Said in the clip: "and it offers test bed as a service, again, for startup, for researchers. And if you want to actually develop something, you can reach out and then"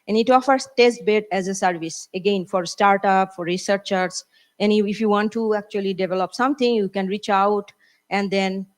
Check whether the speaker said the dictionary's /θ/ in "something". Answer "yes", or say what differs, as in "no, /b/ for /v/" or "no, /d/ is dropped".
no, /t/ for /θ/